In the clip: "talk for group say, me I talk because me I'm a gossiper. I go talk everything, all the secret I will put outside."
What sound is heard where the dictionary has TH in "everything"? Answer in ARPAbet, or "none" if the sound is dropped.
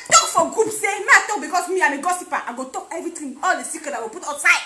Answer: T